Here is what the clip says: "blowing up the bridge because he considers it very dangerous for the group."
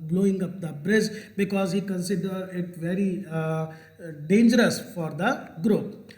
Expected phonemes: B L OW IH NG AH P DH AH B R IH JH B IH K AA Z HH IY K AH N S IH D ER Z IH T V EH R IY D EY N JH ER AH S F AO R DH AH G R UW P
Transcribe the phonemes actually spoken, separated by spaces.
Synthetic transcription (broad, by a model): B L OW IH NG AH P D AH B R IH Z B IH K AA Z HH IY K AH N S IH D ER IH T V EH R IY D EY N JH ER AH S F AO R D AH G R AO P